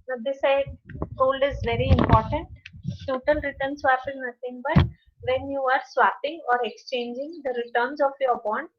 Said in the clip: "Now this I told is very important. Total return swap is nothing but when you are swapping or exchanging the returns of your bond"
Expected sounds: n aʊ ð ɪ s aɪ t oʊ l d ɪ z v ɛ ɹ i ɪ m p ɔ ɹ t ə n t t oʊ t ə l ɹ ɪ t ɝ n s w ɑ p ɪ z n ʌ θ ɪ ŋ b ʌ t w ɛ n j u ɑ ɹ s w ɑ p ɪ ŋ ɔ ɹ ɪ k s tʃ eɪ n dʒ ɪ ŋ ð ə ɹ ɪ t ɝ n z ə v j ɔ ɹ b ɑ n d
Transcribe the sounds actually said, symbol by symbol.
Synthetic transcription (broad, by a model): n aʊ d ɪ s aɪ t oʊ l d ɪ z v ɛ ɹ i ɪ m p ɔ ɹ t ə n t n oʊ t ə n ɹ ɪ t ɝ n s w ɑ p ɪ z n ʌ t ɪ ŋ b ʌ t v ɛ n j u ɑ ɹ s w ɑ p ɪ ŋ ɔ ɹ ɪ k s tʃ eɪ n dʒ ɪ ŋ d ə ɹ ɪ t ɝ n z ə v j ɔ ɹ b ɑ n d